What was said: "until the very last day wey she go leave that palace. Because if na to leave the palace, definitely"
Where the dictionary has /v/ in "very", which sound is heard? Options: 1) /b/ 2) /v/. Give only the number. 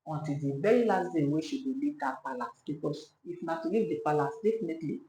1